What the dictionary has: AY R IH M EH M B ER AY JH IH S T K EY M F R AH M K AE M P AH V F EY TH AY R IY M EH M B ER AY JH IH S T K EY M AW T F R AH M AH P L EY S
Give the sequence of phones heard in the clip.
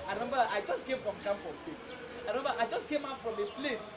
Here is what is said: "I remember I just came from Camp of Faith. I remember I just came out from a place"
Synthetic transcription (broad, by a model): AY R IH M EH M B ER AY JH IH S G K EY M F R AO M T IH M F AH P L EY S AY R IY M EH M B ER AY JH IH S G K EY M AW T F R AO M AH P L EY S